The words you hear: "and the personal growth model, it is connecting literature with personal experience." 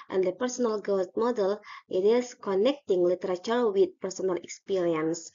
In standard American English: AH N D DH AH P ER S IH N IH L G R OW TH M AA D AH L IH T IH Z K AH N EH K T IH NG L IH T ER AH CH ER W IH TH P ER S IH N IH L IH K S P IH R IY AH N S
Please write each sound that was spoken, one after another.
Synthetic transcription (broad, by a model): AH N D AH P ER S IH N IH L G OW T M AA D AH L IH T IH S K AH N EH K T IH NG L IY T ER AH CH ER W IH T P ER S IH N IH L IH K S P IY R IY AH N S